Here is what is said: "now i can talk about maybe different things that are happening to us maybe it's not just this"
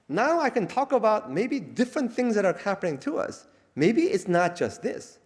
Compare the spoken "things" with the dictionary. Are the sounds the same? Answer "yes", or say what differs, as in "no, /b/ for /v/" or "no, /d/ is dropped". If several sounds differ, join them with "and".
yes